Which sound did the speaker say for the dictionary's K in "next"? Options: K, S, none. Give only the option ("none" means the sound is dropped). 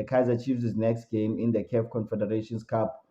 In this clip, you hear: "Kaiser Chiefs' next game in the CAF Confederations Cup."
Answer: K